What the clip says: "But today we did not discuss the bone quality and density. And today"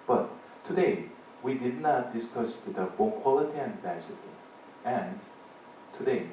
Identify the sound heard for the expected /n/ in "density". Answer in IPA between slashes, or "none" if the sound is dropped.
none